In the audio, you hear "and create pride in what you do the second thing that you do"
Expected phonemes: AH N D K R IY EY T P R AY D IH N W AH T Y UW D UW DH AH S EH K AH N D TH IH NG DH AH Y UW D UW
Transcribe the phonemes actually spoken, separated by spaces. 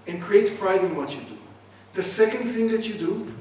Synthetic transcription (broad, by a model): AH N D K R IY EY T P R AY D IH N W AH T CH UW D UW DH AH S EH K AH N D TH IH NG DH AH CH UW D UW